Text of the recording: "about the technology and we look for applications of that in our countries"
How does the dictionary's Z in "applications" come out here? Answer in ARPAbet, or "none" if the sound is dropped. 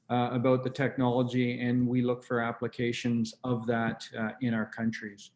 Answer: Z